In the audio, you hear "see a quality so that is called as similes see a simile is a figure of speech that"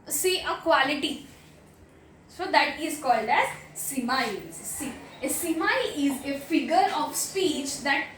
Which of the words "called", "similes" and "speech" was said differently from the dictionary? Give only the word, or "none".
similes